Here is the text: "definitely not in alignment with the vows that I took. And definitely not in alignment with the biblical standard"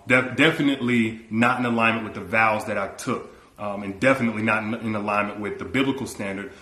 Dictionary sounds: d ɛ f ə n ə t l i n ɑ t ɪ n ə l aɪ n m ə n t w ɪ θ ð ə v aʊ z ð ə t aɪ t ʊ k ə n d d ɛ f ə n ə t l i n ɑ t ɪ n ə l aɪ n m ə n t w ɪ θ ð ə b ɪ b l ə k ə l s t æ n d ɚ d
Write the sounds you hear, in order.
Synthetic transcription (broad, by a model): d ɛ f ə n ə t l i n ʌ t ɪ n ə l aɪ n m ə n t w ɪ ð ə v aʊ z ð ə t aɪ t ʊ k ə n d d ɛ f ə n ə t l i n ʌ t ɪ n ə l aɪ n m ə n t w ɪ ð ə b ɪ b l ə k l s t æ n d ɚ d